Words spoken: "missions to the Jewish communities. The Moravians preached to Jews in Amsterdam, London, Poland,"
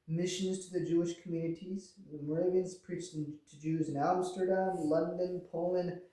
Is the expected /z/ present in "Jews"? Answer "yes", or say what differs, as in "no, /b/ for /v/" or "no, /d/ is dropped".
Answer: yes